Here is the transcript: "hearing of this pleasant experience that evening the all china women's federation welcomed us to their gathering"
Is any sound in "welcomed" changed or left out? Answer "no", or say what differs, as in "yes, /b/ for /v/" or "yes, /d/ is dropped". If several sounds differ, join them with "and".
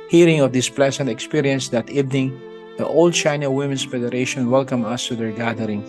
yes, /d/ is dropped